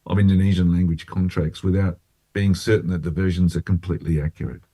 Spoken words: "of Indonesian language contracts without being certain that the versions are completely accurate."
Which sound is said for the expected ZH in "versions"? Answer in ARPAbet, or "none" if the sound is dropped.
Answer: ZH